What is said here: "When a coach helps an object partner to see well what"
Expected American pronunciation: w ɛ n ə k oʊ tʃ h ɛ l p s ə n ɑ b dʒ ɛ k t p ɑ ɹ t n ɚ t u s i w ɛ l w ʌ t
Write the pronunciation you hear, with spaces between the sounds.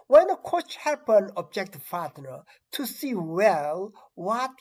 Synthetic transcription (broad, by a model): w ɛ n ə k oʊ tʃ h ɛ p ə n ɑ b dʒ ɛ k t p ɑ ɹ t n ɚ t u s i w ɛ l w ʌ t